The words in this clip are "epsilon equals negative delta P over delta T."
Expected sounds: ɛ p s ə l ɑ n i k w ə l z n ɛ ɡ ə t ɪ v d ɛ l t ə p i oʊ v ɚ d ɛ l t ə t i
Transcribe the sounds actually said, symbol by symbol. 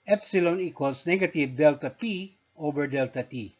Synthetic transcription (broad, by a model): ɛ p s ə l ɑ n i k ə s n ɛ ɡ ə t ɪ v d ɛ l t ə p i oʊ b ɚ d ɛ l t ə t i